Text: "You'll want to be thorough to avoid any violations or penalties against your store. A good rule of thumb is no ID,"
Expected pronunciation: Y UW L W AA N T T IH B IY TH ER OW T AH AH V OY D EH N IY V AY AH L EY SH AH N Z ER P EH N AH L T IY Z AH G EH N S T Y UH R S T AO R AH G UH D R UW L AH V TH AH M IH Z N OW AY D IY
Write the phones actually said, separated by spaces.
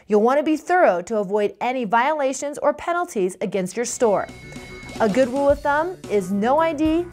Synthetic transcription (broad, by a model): Y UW L W AA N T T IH B IY TH ER OW T AH AH V OY D EH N IY V AY AH L EY SH AH N Z ER P EH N L T IY Z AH G EH N S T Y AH R S T AO R AH G UH D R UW L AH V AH M IH Z N OW AY D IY